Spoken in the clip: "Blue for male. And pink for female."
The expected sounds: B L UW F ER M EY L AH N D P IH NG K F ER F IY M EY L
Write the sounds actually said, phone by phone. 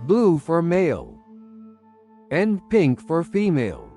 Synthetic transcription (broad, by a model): B L UW F ER M EY L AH N P IH NG K F ER F IY M EY L